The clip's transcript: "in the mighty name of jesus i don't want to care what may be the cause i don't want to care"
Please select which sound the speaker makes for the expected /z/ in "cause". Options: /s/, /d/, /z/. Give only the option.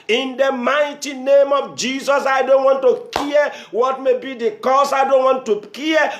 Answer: /s/